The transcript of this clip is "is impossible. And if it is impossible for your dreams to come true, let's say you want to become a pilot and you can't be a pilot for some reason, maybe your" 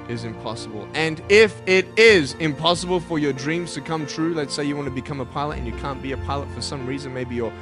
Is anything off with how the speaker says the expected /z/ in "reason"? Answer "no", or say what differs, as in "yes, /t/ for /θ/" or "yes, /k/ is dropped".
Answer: no